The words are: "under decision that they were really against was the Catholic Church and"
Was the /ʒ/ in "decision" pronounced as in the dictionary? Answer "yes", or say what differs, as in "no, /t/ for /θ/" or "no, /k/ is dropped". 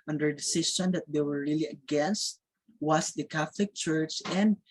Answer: no, /s/ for /ʒ/